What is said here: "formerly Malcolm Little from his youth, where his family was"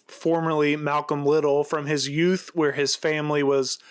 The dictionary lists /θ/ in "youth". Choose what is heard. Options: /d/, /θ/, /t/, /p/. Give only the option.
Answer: /θ/